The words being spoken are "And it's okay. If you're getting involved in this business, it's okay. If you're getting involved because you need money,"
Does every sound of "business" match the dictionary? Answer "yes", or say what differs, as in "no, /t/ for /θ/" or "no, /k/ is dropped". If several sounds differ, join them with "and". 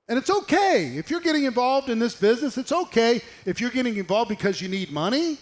yes